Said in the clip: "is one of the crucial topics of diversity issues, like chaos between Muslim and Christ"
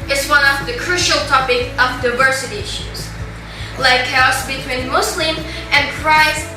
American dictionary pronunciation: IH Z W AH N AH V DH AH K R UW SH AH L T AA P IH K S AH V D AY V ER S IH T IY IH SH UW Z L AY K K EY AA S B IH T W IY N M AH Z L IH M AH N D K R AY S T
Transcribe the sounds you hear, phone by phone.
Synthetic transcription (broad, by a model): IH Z W AH N AH V DH AH K R UW SH AH L T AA P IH K AH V D AY V ER S IH T IY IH SH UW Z L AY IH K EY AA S B IH T W IY N M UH S L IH M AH N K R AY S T